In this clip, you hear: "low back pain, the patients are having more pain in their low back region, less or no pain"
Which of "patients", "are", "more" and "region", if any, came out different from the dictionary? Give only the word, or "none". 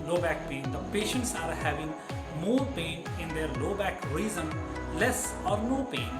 region